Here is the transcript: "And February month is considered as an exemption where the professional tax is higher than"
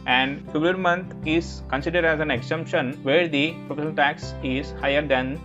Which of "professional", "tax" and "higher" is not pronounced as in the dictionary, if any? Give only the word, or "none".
professional